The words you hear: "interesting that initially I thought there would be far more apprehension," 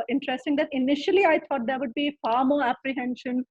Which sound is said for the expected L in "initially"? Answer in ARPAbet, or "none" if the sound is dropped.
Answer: L